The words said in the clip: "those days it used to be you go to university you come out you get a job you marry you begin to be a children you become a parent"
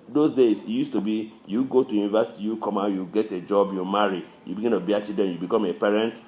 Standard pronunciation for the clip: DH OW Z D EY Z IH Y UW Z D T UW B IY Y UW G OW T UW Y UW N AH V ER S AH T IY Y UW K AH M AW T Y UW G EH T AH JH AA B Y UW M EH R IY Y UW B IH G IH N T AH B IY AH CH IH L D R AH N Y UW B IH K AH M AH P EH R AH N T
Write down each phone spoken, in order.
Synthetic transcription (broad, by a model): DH OW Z D EY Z IH Y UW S T UW B IY Y UW G OW T UW Y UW N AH V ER S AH T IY Y UW K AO M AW Y UW G EH T AH JH AA B Y UW M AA R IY Y UW B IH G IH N T AH B IY AH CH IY D AH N Y UW B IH K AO M AH P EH R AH N T